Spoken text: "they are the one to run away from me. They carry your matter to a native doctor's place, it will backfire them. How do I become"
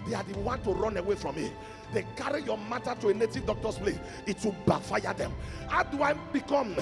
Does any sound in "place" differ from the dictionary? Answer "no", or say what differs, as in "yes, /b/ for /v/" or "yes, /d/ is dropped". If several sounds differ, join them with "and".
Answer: yes, /s/ is dropped